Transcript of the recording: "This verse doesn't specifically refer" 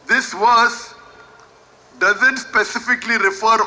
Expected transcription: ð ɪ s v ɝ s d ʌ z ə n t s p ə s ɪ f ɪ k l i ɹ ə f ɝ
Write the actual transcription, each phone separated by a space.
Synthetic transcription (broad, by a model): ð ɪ s w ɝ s d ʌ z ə n t s p ə s ɪ f ɪ k l i ɹ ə f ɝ